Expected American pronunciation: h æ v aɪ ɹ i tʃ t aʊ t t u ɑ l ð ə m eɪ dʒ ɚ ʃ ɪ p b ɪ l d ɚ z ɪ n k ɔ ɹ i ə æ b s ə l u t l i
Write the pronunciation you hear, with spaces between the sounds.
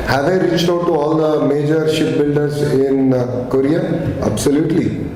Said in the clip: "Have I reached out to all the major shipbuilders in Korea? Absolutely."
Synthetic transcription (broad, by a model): h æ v aɪ ɹ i s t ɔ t t u ɑ l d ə m eɪ dʒ ɚ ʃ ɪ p b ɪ l d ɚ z ɪ n k ɔ ɹ i ə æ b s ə l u t l i